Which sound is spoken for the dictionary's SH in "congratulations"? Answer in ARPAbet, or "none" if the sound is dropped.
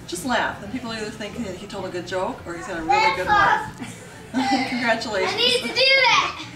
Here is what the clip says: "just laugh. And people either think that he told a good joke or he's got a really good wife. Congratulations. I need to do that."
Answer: none